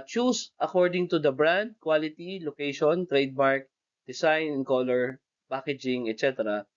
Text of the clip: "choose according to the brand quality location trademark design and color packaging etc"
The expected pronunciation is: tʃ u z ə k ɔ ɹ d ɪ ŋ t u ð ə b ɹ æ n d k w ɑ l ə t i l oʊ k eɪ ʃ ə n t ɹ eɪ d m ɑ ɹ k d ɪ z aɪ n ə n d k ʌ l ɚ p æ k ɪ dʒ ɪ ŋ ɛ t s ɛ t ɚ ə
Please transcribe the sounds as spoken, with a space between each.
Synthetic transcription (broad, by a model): tʃ u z ə k ɔ ɹ d ɪ ŋ t u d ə b ɹ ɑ n d k w ɑ l ə t i l oʊ k eɪ ʃ ə n t ɹ eɪ d m ɑ ɹ k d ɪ s aɪ n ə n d k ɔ l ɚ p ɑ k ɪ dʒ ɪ ŋ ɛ t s ɛ t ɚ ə